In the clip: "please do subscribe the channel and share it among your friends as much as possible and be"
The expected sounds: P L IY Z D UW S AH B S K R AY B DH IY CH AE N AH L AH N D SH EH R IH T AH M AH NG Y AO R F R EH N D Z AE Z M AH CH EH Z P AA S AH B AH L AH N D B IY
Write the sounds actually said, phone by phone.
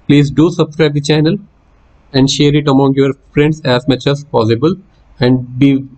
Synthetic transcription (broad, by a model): P L IY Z D UW S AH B S K R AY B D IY CH AE N AH L AH N D SH EH R IH T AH M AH NG Y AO R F R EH N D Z AE Z M AH CH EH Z P AA S AH B AH L AH N D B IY